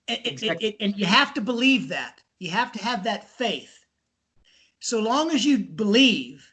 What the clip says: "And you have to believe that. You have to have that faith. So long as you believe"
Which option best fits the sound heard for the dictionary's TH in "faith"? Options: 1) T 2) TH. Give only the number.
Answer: 2